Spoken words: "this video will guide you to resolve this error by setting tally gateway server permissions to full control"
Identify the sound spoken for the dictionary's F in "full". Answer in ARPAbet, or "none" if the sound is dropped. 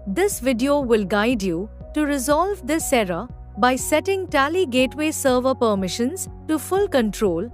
F